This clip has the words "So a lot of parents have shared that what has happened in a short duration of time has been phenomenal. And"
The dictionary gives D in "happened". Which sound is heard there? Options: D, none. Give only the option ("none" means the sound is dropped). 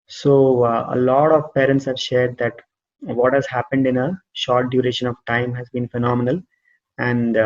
D